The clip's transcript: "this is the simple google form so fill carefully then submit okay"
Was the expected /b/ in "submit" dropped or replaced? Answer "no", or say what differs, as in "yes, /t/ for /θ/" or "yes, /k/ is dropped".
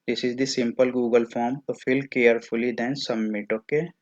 yes, /b/ is dropped